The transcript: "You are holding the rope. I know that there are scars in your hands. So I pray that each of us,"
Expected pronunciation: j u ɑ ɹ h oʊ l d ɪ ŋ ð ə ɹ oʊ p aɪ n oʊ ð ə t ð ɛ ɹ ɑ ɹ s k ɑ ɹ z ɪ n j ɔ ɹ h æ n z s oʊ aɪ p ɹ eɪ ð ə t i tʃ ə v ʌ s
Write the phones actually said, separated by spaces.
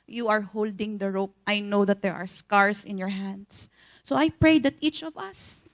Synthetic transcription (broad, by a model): j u ɑ ɹ h oʊ l d ɪ ŋ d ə ɹ oʊ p aɪ n oʊ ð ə t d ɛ ɹ ɑ ɹ s k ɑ ɹ s ɪ n j ɔ ɹ h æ n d s oʊ aɪ p ɹ eɪ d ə t i tʃ ə v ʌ s